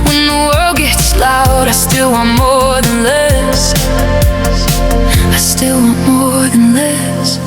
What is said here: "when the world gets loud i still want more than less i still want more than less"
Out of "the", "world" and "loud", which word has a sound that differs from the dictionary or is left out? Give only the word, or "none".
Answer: none